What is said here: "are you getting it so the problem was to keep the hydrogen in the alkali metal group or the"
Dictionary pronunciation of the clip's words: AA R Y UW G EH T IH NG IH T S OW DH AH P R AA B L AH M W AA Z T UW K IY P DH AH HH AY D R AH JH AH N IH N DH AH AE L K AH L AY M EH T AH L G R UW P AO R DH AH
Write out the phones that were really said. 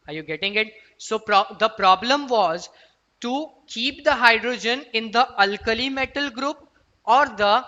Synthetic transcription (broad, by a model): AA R Y UW G EH T IH NG IH T S OW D AH P R AA B L AH M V AA Z T UW K IY P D AH HH AY D R AH JH AH N IH N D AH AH L K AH L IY M EH T AH L G R UW P AO R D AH